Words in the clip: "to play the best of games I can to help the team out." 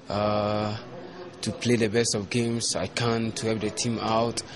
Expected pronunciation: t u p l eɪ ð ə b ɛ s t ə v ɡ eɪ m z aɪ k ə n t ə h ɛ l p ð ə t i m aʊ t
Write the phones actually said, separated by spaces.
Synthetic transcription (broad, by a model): t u p l eɪ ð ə b ɛ s t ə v ɡ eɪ m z aɪ k ə n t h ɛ p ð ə t i m aʊ t